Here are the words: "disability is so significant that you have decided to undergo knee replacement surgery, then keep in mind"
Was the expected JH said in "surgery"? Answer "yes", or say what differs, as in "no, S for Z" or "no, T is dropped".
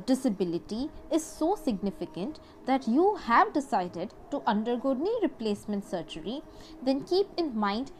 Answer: no, CH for JH